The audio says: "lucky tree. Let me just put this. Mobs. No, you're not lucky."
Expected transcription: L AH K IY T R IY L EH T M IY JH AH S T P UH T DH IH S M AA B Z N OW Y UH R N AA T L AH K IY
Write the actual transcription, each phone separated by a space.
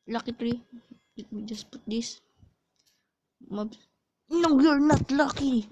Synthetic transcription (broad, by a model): L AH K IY T R IY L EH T M IY JH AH S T P UH T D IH S M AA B N OW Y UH R N AA T L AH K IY